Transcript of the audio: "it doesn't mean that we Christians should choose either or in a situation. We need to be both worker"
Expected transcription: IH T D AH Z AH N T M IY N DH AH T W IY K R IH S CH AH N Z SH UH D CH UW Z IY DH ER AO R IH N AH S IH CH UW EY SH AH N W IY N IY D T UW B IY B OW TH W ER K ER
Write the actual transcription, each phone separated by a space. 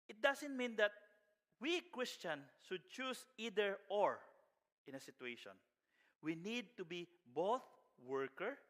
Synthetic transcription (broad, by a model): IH T D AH S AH N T M IY N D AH T W IY K R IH S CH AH N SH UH D CH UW S IY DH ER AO R IH N AH S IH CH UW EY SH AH N W IY N IY D T UW B IY B OW TH W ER K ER